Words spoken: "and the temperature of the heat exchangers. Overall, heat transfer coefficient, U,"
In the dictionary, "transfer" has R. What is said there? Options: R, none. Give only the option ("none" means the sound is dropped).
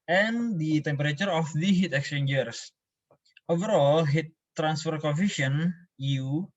R